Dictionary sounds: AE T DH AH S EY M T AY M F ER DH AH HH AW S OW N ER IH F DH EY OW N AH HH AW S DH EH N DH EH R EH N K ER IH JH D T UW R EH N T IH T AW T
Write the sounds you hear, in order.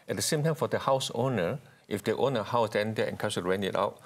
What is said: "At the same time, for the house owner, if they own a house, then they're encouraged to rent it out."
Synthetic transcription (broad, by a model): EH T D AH S EY M T AY M F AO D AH HH AW S OW N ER IH F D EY OW N AH HH AW S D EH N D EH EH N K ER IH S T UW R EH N IH T AW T